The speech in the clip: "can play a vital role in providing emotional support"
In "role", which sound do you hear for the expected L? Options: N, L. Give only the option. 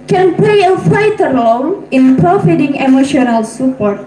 N